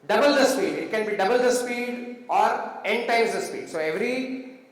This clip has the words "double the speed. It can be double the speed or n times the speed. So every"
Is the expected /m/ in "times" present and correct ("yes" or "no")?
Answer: no